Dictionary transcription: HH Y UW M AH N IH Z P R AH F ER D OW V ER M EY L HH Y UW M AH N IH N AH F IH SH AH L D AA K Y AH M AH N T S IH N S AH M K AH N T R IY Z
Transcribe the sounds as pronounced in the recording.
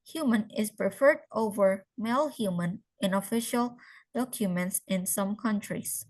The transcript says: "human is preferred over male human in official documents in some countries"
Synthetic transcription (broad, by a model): HH Y UW M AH N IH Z P R AH F ER D OW V ER M EY L HH Y UW M AH N IH N AH F IH SH AH L D AA K Y AH M AH N T S IH N S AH M K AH N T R IY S